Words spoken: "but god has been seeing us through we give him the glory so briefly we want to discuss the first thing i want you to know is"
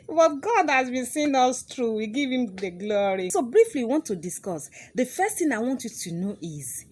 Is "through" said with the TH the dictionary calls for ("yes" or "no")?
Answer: no